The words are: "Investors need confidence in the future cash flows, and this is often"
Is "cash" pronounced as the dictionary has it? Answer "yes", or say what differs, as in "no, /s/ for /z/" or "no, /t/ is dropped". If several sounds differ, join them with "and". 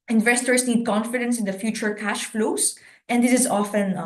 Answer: yes